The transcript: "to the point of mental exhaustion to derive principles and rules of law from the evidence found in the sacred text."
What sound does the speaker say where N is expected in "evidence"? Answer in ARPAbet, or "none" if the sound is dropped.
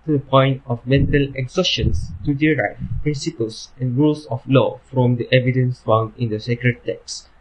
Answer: N